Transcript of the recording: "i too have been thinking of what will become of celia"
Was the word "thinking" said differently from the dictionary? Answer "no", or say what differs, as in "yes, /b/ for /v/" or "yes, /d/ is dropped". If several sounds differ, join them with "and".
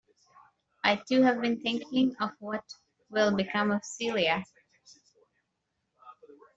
no